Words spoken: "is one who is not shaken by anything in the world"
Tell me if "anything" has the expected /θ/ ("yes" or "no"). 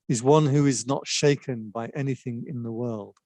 yes